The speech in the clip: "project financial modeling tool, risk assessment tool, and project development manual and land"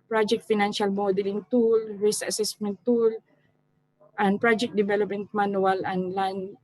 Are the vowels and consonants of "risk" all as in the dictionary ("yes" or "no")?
no